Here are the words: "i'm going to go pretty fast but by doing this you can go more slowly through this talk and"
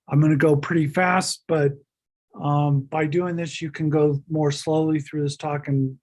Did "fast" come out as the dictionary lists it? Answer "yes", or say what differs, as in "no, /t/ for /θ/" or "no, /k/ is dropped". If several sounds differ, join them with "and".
yes